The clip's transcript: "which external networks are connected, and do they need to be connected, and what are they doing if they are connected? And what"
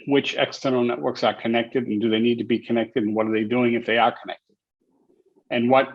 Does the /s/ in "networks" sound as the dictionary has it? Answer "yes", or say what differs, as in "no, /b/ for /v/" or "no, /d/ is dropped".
yes